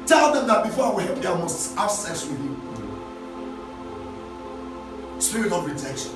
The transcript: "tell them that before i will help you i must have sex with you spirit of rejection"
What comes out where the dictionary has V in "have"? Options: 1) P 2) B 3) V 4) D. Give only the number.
2